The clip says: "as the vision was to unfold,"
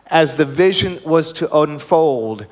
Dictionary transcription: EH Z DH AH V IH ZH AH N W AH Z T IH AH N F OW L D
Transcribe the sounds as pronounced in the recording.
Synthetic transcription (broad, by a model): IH Z DH AH V IH ZH AH N W AH Z T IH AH N F OW L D